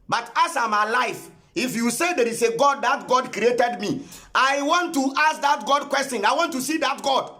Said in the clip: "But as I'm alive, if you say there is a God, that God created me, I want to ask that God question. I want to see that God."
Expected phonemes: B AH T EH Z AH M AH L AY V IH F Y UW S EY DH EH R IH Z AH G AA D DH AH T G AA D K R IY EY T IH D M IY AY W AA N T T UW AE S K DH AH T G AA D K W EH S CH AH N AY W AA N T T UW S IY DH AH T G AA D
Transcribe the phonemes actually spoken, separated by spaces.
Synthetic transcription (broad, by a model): B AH T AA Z AH M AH L AY F IH F Y UW S EY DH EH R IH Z AH G AA D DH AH T G AA D K R IY EY T IH D M IY AY W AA N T T UW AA S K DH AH T G AA D K W EH S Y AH N AY W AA N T T UW S IY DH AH T G AA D